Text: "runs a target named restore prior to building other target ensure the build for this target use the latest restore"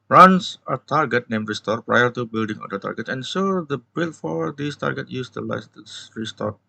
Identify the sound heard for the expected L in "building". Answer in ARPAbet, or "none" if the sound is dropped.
L